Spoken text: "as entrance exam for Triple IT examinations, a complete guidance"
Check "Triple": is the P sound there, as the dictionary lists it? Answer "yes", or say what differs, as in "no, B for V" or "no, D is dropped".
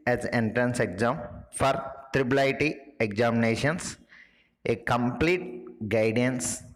no, B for P